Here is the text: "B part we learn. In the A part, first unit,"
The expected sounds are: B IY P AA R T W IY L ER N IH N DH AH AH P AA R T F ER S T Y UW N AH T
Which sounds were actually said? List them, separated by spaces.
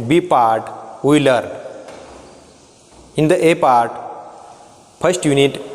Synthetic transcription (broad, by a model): B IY P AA R T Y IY L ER IH N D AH AH P AA R T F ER S T Y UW N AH T